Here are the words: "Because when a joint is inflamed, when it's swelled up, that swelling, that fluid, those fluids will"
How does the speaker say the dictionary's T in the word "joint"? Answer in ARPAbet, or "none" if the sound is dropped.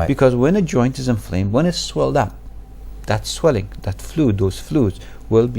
T